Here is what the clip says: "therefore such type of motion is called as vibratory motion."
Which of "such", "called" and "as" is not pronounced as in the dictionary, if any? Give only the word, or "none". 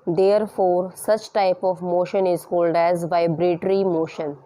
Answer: none